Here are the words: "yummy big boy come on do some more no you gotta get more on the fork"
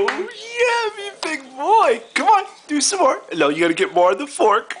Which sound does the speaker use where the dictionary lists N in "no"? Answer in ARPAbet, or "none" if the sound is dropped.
L